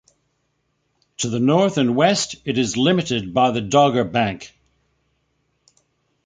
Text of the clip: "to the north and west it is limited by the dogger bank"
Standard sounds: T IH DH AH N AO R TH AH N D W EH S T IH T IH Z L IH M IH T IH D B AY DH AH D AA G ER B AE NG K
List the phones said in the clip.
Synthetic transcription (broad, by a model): T IH DH AH N AO R TH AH N W EH S T IH T IH Z L IH M IH T IH D B AY DH AH D AA G ER B AE NG K